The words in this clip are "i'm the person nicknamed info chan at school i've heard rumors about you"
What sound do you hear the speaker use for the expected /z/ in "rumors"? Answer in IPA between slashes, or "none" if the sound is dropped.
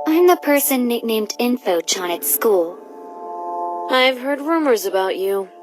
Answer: /z/